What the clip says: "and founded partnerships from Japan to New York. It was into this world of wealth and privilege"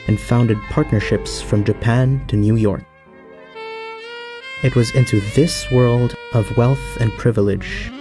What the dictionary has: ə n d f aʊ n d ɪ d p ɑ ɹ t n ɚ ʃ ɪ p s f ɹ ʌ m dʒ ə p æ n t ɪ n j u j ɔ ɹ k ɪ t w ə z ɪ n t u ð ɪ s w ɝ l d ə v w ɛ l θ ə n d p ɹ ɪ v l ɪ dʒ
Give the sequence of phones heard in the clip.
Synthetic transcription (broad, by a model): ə n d f aʊ n d ɪ d p ɑ ɹ t n ɚ ʃ ɪ p s f ɹ ʌ m dʒ ə p æ n t ɪ n j u j ɔ ɹ k ɪ t w ə z ɪ n t u ð ɪ s w ɝ l d ə v w ɛ l θ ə n p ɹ ɪ v l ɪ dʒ